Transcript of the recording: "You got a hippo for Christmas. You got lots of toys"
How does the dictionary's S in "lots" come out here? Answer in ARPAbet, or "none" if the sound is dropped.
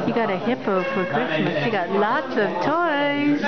S